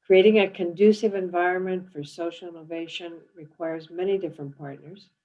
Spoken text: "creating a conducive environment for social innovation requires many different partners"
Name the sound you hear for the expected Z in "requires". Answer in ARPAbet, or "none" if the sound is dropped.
Z